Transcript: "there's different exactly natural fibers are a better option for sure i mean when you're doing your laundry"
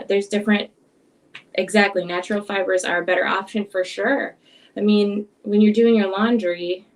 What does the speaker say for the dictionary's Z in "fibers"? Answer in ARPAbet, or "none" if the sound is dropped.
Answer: Z